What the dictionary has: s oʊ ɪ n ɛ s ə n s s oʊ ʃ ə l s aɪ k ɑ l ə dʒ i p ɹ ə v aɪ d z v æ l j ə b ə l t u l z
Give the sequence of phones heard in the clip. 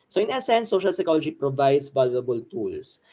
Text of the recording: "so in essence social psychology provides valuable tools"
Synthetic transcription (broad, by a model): s oʊ ɪ n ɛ s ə n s s oʊ ʃ ə l s aɪ k ɑ l ə dʒ i p ɹ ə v aɪ d s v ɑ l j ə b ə l t u l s